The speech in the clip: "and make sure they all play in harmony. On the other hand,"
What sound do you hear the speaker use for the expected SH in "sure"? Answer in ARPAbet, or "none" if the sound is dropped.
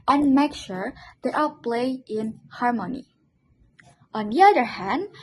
SH